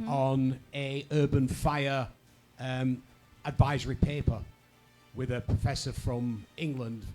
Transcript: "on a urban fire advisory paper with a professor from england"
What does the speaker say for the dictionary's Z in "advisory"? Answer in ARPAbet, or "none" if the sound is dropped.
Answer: Z